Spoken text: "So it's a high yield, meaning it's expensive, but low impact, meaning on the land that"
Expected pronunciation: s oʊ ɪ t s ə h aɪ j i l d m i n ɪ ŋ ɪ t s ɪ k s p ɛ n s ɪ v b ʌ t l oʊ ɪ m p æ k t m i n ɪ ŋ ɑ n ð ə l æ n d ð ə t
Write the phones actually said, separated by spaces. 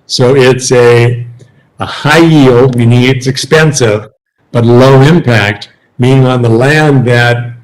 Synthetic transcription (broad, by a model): s oʊ ɪ t s ə h aɪ j i l d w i n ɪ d ɪ t s ɪ k s p ɛ n s ɪ v b ʌ t l oʊ ɪ m p æ k t m i n ɪ ŋ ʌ n ð ə l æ n ð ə t